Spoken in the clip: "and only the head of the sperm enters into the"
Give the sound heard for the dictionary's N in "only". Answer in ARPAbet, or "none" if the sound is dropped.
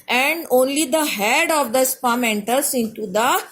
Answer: N